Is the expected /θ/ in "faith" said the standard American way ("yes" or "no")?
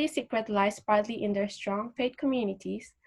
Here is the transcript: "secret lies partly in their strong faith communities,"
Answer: no